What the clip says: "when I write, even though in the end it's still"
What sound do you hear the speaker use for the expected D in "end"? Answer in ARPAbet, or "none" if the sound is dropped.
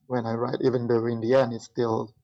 none